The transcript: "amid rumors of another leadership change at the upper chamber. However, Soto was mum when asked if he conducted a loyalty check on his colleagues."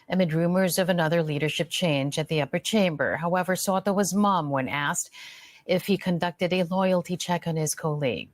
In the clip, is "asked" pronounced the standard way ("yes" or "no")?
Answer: yes